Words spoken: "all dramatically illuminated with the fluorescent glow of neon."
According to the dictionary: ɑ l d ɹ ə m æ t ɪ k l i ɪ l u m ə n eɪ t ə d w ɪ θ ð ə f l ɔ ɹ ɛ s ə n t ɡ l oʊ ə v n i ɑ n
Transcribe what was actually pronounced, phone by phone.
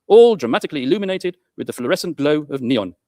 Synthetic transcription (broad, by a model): ɑ l d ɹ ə m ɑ t ɪ k l i ɪ l u m ə n eɪ t ə d w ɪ ð ə f l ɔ ɹ ɛ s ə n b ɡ l oʊ ə v n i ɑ n